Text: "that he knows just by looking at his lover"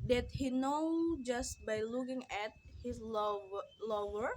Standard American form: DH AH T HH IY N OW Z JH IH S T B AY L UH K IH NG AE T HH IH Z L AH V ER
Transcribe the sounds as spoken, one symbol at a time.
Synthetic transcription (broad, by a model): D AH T HH IY N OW JH IH S T B AY L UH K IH NG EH T HH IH S L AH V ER